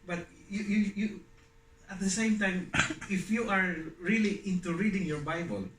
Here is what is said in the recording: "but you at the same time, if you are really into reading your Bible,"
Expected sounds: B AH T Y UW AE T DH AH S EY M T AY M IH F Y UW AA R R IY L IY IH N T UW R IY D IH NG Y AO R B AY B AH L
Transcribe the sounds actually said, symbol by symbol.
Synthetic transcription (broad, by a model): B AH T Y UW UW T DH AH S EY M T AY M IH F Y UW AA R R IY L IY IH N T UW R IY D IH NG Y AO R B AY B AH L